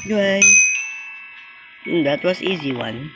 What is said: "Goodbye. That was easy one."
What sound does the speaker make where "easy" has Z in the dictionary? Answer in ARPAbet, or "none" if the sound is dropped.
Z